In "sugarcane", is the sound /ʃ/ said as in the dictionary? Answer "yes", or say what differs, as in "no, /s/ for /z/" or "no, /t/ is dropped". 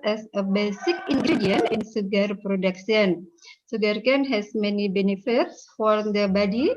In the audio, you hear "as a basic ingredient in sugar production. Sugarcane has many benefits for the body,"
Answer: no, /s/ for /ʃ/